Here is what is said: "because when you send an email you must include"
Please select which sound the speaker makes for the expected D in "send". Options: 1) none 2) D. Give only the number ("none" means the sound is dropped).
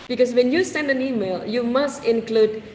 2